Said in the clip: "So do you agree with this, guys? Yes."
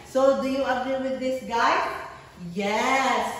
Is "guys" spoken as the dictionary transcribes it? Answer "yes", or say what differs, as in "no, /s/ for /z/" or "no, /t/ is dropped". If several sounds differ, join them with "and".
no, /z/ is dropped